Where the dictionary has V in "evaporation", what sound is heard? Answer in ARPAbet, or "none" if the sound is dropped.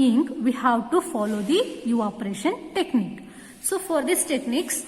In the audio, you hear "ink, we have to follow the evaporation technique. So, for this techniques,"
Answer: none